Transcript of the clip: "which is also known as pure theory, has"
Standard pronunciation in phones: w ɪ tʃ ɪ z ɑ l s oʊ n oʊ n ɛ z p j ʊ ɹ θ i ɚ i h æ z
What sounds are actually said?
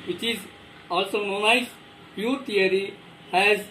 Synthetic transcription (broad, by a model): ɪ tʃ ɪ z ɑ l s oʊ n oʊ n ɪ s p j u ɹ t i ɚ i h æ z